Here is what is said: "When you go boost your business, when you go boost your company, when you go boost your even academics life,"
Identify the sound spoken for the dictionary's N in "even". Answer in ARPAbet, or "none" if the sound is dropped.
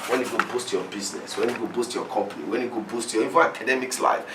none